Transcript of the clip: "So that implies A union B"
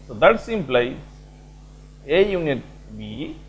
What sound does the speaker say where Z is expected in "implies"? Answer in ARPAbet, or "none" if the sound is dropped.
none